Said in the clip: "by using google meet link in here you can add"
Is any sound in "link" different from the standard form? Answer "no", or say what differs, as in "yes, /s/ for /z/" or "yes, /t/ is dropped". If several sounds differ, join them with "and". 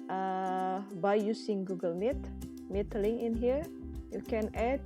yes, /k/ is dropped